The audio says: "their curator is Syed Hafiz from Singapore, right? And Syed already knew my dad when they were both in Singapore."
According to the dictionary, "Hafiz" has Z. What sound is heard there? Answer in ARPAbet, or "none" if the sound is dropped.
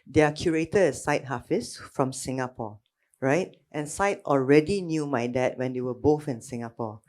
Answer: S